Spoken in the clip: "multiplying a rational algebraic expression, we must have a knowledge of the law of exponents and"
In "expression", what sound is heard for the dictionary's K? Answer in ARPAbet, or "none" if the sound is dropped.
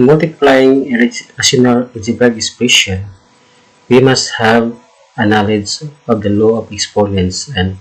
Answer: none